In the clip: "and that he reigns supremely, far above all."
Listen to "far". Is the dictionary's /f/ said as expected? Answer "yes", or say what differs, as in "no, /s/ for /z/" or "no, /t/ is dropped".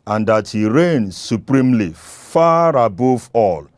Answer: yes